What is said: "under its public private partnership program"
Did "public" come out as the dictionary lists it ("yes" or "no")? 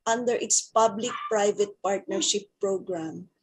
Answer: yes